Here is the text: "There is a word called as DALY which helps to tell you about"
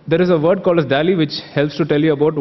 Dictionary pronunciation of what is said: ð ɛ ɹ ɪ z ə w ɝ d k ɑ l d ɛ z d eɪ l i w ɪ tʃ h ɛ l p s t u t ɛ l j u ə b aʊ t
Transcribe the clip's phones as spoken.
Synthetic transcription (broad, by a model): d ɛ ɹ ɪ z ə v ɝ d k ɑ l ʌ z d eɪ l i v ɪ tʃ h ɛ l p s t u t ɛ l j u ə b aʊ t